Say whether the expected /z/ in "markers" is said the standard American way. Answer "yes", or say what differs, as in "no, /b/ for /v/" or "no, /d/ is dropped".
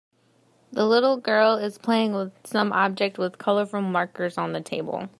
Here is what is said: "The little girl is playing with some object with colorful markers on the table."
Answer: yes